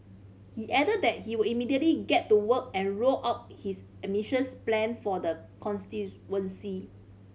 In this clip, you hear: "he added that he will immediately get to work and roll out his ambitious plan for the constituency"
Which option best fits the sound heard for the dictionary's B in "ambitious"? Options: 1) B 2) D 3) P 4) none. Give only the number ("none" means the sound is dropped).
4